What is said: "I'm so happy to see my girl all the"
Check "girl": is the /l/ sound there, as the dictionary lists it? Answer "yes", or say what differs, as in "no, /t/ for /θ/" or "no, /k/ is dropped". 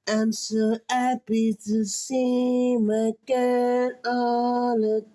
no, /n/ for /l/